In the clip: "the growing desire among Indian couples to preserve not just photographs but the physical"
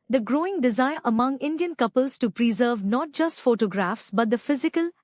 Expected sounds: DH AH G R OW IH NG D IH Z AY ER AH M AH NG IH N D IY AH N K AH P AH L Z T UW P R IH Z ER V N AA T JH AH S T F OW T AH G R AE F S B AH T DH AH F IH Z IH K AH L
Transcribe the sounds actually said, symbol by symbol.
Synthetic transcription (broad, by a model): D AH G R OW IH NG D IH Z AY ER AH M AH NG IH N D IY AH N K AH P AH L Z T UW P R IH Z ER V N AA T JH AH S T F OW T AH G R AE F S B AH T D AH F IH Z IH K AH L